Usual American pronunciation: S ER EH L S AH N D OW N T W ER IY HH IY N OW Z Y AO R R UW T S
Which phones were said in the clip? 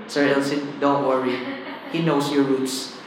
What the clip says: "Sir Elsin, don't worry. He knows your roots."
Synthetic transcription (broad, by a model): S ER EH L S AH D OW N T W ER IY HH IY N OW S Y AO R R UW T S